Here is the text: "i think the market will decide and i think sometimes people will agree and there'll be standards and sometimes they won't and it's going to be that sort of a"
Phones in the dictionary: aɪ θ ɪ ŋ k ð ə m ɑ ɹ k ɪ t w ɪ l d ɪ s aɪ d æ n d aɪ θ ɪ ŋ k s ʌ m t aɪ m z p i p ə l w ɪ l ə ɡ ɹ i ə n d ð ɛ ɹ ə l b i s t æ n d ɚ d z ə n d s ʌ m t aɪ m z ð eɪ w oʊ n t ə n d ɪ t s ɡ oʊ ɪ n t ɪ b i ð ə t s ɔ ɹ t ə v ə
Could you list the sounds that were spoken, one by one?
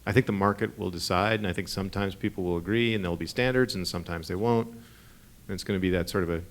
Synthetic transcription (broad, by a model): aɪ θ ɪ ŋ k ð ə m ɑ ɹ k ɪ t w ɪ l d ɪ s aɪ d n aɪ θ ɪ ŋ k s ʌ m t aɪ m z p i p l w ɪ l ə ɡ ɹ i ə n ð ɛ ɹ l b i s t æ n d ɚ d z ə n s ʌ m t aɪ m z ð eɪ w oʊ n t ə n ɪ t s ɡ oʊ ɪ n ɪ b i ð ə t s ɔ ɹ t ə v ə